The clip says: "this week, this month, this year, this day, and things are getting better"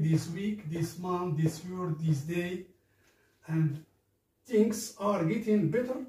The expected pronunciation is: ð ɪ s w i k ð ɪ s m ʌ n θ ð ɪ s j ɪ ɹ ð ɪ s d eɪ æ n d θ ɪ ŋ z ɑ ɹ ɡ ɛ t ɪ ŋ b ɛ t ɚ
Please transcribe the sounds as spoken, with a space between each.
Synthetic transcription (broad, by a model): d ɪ s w i k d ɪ s m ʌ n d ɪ s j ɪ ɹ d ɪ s d eɪ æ n d t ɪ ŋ s ɑ ɹ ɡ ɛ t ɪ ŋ b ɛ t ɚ